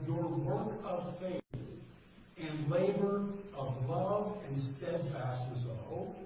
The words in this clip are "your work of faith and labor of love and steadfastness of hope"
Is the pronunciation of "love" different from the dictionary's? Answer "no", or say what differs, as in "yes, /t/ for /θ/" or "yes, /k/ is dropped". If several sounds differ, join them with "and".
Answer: no